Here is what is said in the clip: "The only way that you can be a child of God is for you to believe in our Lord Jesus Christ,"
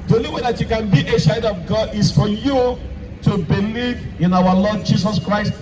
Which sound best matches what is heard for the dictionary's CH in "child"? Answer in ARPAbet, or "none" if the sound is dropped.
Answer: SH